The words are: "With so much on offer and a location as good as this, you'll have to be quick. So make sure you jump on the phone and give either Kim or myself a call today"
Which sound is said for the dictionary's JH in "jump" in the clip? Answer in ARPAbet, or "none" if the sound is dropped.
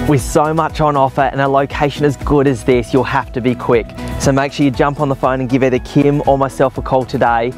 JH